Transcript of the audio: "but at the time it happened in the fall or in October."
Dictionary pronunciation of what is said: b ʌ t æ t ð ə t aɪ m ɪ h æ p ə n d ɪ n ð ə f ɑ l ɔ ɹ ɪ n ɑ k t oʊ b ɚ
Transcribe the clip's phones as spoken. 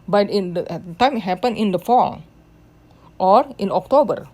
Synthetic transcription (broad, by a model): b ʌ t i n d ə t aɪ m h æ p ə n ɪ n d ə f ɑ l ɔ ɹ ɪ n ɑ k t oʊ b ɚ